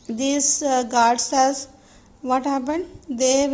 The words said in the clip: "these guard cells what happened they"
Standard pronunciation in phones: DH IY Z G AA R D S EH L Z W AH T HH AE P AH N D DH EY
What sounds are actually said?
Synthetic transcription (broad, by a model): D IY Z G AA R D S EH Z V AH T HH AE P AH N D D EY